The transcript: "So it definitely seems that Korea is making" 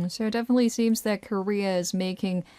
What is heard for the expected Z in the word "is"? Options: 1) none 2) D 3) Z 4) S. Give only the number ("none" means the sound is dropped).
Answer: 3